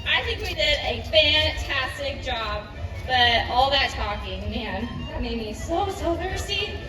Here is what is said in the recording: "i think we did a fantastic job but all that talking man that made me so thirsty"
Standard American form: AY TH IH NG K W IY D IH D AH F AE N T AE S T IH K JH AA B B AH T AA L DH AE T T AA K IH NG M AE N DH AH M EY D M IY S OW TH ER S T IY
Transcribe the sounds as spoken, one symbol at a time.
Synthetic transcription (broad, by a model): AY TH IH NG K W IY D IH D AH F AE N T AE S T IH K JH AA B B AH T AA L DH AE T T AA K IH NG M AE N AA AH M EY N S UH S OW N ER S T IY